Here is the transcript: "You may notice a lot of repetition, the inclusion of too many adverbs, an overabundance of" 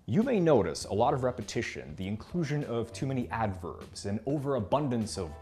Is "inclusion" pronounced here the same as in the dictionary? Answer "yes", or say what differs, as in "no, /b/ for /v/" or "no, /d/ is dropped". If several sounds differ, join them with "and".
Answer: yes